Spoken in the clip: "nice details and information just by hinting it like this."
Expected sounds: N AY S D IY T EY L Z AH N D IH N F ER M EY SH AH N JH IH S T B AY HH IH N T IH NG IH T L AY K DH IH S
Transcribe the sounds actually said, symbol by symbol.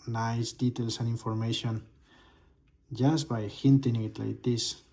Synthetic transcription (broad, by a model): N AY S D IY T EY L S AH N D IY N F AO M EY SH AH N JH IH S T B AY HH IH N T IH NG IH T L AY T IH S